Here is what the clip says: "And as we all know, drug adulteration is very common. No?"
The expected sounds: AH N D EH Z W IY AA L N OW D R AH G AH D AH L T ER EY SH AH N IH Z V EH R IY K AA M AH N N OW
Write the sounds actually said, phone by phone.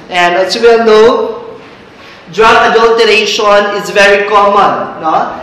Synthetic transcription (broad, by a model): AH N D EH S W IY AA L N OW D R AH AH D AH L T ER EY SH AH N IH Z V EH R IY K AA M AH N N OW